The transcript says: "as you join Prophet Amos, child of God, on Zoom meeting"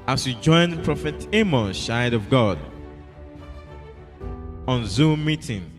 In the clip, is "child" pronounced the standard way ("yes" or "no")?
no